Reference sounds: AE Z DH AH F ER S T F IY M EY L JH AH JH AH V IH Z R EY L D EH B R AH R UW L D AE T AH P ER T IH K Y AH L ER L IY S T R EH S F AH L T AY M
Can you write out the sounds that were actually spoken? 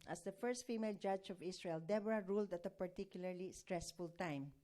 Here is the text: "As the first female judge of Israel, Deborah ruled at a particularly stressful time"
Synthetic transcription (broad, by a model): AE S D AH F ER S T F IY M EY L JH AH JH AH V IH S R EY L D EH B R AH R UW L D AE T AH P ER T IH K Y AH L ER L IY S T R EH S F AH L T AY M